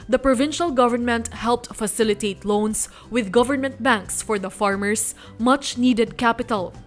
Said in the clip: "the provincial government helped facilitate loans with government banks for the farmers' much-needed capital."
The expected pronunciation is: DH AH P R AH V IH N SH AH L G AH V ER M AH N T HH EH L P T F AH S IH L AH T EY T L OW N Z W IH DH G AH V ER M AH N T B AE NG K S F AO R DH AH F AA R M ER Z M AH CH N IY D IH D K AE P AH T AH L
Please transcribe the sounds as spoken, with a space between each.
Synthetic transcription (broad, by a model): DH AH P R AH V IH N SH AH L G AH V ER M AH N T HH EH L P T F AH S IH L AH T EY T L OW N S W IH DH G AH V ER M AH N T B AE NG K S F AO R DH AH F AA R M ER S M AH CH N IY D IH D K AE P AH T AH L